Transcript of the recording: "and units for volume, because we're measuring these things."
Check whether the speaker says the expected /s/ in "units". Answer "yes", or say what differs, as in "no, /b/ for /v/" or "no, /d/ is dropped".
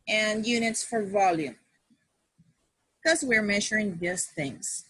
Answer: yes